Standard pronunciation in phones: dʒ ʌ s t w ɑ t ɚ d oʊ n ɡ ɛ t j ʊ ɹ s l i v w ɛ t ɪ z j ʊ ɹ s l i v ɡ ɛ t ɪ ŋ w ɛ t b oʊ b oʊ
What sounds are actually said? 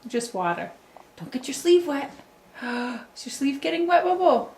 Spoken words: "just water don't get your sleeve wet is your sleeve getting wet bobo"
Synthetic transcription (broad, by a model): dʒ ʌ s t w ɑ t ɚ d oʊ n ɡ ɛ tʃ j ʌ ɹ s l i v w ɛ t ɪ s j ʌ ɹ s l i v ɡ ɛ t ɪ ŋ w ɛ t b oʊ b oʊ